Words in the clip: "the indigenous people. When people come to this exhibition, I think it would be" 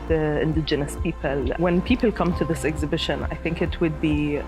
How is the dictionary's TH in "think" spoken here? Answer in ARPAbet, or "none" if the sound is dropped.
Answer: TH